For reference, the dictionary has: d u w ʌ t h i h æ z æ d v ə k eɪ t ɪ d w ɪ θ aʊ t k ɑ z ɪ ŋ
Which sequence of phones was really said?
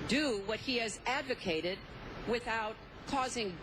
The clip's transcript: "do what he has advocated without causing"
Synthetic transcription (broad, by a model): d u w ʌ t h i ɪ z æ d v ə k eɪ t ɪ d w ɪ θ aʊ t k ɑ z ɪ ŋ